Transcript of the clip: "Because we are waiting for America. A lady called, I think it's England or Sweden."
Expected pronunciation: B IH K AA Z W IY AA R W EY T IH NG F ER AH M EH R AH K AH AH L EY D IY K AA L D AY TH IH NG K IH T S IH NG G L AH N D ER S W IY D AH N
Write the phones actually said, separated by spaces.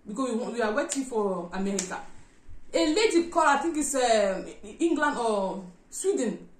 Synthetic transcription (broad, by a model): B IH K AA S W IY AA W W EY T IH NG F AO AH M EH R AH K AH AH L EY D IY K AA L AY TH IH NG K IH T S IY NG G L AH N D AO S W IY D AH N